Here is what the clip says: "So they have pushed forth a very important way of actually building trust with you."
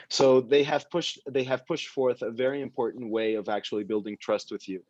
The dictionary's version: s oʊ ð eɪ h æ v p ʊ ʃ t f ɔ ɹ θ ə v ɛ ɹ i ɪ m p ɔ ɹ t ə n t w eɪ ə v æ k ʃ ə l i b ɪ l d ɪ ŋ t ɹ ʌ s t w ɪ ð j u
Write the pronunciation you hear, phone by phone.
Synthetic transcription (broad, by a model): s oʊ ð eɪ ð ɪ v p ʊ ʃ t f ɔ ɹ θ ə v ɛ ɹ i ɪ m p ɔ ɹ t n t w eɪ ə v æ k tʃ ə l i b ɪ l d ɪ ŋ t ɹ ʌ s t w ɪ ð j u